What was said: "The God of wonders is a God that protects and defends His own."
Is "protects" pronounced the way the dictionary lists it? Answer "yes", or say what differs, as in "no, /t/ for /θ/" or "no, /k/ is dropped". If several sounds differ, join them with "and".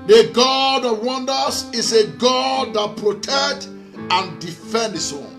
no, /s/ is dropped